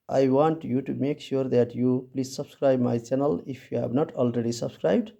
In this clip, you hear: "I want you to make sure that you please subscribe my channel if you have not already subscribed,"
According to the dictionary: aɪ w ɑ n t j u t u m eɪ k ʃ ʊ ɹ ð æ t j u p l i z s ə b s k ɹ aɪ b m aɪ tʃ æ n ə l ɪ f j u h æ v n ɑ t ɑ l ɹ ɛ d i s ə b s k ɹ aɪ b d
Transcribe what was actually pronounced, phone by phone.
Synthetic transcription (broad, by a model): aɪ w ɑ n t j u t u m eɪ k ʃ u ɹ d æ t j u p l i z s ə b s k ɹ aɪ b m aɪ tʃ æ n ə l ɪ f j u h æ b n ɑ t ɑ l ɹ ɛ d i s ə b s k ɹ aɪ b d